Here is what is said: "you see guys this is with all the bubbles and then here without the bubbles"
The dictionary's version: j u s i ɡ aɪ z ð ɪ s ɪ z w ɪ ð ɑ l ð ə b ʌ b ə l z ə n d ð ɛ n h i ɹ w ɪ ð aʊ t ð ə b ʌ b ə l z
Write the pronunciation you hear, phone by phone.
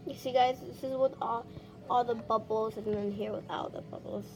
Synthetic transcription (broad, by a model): j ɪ s i ɡ aɪ z ð ɪ s ɪ z w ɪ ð ɑ l ð ə b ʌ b l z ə n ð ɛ n h i ɹ w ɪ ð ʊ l ð ə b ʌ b l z